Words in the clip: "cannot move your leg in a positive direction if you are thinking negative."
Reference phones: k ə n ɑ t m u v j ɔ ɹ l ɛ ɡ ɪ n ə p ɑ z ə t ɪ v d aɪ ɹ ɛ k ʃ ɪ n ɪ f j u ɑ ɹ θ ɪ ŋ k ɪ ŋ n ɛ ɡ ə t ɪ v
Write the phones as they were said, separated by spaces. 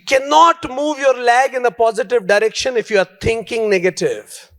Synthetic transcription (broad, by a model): k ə n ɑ t m u v j ɔ ɹ l ɛ ɡ ɪ n ə p ɑ z ə t ɪ v d aɪ ɹ ɛ k ʃ ɪ n ɪ f j u ɑ ɹ t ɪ ŋ k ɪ ŋ n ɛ ɡ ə t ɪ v